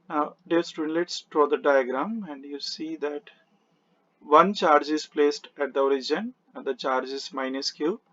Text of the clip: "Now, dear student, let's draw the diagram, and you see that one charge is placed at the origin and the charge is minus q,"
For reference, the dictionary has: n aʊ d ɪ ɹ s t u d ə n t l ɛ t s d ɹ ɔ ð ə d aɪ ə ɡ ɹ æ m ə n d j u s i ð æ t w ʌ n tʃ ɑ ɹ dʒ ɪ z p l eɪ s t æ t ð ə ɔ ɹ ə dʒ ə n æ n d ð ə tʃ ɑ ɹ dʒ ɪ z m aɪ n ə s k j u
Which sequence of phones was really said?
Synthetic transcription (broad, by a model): n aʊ d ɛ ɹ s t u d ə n l ɛ t s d ɹ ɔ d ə d aɪ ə ɡ ɹ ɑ m ə n d j u s i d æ t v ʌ n tʃ ɑ ɹ dʒ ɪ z p l eɪ s t æ t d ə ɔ ɹ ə dʒ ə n n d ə tʃ ɑ ɹ dʒ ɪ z m aɪ n ə s k j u